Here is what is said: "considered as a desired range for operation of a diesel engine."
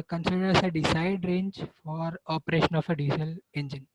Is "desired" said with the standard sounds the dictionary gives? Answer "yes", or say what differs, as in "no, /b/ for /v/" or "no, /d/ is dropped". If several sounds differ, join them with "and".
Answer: no, /s/ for /z/